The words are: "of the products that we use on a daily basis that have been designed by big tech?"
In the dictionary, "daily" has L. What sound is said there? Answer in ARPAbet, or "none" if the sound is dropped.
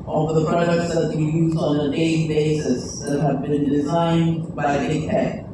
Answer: none